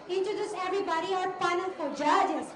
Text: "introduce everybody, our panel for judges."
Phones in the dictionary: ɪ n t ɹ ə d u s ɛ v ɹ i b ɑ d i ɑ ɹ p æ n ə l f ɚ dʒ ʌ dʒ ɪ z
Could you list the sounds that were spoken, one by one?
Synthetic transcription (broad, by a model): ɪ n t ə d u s ɛ v ɹ i b ɑ d i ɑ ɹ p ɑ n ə n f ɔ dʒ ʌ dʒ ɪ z